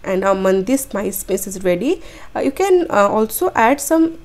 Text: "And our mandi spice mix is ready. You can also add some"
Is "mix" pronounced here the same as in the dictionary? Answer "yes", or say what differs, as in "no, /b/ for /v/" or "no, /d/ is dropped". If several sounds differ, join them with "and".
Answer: no, /k/ is dropped